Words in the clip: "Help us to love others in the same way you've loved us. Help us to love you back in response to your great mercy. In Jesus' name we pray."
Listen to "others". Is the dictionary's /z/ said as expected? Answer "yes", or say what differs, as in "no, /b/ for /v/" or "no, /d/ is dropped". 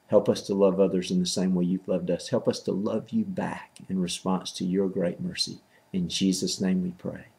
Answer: yes